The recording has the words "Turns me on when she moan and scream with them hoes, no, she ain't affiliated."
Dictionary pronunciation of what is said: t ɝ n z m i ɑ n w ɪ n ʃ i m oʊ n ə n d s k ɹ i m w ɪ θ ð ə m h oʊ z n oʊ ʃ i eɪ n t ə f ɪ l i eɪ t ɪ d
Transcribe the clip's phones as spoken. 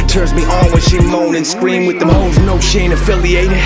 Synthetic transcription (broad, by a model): t ɝ n z m i ɑ l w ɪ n ʃ i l oʊ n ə n s k ɹ i m w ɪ ð ə m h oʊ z n oʊ ʃ eɪ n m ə f ɪ l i eɪ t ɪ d